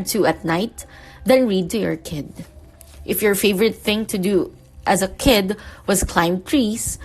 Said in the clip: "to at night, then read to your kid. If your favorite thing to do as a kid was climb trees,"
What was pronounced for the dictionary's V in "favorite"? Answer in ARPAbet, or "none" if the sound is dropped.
V